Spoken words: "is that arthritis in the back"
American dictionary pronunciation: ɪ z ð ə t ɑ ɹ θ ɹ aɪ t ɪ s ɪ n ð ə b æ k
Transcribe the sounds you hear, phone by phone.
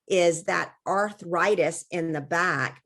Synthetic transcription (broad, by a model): ɪ z ð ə t ɑ ɹ θ ɹ aɪ t ɪ s ɪ n ð ə b æ k